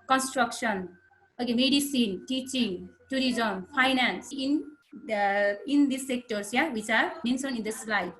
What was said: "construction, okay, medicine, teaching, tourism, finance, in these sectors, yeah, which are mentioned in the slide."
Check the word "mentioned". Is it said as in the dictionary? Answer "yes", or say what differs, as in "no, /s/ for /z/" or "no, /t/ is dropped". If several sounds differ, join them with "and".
no, /s/ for /ʃ/ and /d/ is dropped